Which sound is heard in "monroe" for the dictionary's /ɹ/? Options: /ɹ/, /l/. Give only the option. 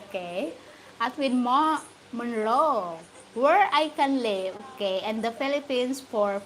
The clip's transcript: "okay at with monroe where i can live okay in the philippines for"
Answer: /l/